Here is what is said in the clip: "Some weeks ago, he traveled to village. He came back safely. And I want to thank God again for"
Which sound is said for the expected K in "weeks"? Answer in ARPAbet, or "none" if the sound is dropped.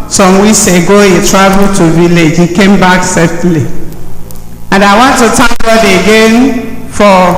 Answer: none